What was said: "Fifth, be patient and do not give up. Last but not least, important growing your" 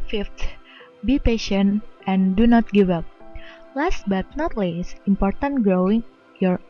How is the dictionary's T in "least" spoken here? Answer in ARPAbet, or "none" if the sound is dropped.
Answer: none